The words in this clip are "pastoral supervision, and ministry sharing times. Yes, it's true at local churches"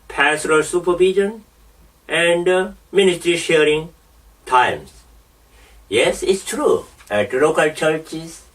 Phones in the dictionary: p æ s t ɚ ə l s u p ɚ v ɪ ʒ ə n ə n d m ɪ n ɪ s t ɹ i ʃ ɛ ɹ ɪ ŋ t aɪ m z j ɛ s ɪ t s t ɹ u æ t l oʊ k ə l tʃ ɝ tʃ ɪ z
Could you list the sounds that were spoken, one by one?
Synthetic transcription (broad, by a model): p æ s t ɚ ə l s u p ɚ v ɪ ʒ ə n ə n d m ɪ n ɪ s t ɹ i ʃ ɛ ɹ ɪ ŋ t aɪ m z j ɛ s ɪ t s t ɹ u æ t l oʊ k ə l tʃ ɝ tʃ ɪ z